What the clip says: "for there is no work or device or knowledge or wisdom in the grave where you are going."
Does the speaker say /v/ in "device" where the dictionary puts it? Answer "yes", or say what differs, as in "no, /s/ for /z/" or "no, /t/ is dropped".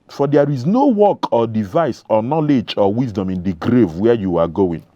yes